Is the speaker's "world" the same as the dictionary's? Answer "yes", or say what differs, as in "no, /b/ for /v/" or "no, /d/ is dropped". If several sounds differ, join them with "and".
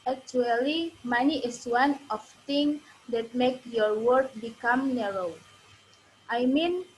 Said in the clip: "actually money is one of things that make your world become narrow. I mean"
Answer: no, /l/ is dropped